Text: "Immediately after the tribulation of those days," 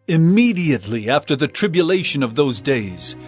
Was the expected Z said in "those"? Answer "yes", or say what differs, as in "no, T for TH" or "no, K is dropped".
yes